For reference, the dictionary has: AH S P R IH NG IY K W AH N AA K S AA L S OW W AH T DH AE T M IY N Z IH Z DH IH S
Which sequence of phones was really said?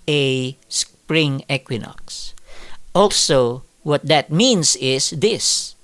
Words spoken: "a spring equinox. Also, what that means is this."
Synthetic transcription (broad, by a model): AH S P R IH NG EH K W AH N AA K S AA L S OW W AH T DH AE T M IY N S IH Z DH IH S